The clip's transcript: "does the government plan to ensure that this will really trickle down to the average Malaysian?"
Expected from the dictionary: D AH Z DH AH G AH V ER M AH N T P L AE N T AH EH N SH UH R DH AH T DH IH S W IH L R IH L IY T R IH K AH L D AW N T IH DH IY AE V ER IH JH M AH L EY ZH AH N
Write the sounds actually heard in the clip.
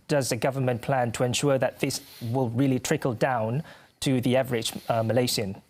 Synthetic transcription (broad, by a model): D AH Z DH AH G AH V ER M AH N P L AE N T AH EH N SH UH R DH AH T DH IH S W IH L R IH L IY T R IH K AH L D AW N T IH DH IY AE V ER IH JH M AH L EY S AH N